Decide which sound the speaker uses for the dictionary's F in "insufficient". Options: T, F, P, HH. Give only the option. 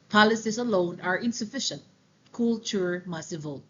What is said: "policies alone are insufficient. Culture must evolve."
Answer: F